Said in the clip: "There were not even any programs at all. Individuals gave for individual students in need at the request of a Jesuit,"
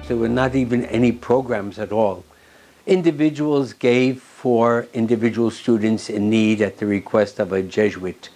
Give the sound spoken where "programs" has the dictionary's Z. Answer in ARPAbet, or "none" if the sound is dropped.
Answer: Z